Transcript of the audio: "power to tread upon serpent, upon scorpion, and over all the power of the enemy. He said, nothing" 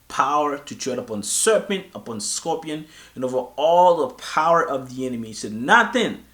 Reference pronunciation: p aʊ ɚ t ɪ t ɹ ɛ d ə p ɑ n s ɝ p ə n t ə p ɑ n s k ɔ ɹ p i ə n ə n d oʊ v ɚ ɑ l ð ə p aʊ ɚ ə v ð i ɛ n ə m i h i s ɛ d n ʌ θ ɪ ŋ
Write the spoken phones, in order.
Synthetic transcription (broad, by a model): p aʊ ɚ t ɪ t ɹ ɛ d ə p ɑ n s ɝ p ə n t ə p ɑ n s k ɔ p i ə n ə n oʊ v ɚ ɑ l ð ə p aʊ ɚ ə v ð i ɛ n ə m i i s ɛ d n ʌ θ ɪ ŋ